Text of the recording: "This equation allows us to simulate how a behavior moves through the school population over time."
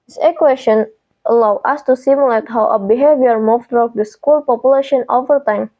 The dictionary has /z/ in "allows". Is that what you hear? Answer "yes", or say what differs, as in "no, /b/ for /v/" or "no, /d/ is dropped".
no, /z/ is dropped